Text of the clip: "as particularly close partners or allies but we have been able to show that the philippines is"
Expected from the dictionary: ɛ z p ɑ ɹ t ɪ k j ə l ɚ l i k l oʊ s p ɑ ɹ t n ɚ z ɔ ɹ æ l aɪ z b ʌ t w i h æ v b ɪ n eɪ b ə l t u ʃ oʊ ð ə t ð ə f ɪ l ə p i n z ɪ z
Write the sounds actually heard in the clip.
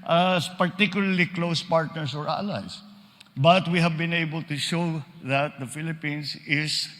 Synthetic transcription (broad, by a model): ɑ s p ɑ ɹ t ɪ k j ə l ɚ l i k l oʊ s p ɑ ɹ t n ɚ s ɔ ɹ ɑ l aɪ s b ʌ t w i h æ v b ɪ n eɪ b ə l t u ʃ oʊ ð ə t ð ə f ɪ l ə p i n s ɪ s